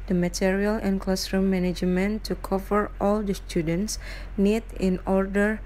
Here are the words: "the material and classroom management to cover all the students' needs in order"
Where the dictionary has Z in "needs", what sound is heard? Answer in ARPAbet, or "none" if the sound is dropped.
none